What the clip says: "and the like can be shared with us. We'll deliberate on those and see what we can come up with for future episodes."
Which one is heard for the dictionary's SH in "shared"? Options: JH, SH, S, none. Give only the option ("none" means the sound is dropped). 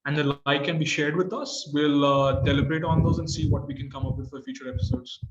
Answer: SH